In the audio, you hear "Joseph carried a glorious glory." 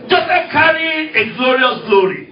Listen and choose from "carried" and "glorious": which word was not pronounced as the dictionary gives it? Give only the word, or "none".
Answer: carried